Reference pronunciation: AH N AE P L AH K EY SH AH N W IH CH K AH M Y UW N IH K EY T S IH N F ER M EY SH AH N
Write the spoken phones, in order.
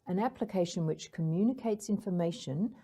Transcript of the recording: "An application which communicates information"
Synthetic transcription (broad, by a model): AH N AE P L AH K EY SH AH N W IH CH K AH M Y UW N IH K EY T S IH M F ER M EY SH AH N